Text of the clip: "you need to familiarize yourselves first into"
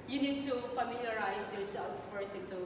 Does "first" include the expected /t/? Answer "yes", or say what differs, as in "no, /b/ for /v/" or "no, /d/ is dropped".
no, /t/ is dropped